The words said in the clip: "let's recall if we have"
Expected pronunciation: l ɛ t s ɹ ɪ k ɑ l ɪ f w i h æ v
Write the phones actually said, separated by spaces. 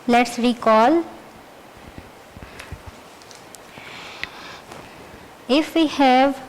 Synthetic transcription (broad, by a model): l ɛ t s ɹ ɪ k ɑ l ɪ f w i h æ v